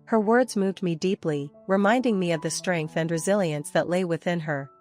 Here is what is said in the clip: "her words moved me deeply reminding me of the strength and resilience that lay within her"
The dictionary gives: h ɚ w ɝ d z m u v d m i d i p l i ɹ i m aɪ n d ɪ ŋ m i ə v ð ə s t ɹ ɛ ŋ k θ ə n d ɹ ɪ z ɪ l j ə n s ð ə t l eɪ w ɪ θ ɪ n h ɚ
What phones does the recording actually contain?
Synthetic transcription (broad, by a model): h ɚ w ɝ d z m u v d m i d i p l i ɹ i m aɪ n d ɪ ŋ m i ə v ð ə s t ɹ ɛ ŋ k θ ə n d ɹ ɪ z ɪ l j ə n s ð ə t l eɪ w ɪ θ ɪ n h ɚ